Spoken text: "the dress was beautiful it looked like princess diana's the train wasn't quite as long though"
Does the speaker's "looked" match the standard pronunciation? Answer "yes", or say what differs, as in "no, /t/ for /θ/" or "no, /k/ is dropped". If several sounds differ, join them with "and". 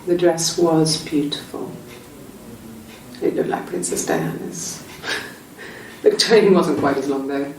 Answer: yes